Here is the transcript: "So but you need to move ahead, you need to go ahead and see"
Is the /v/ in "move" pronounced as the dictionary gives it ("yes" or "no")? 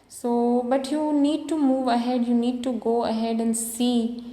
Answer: yes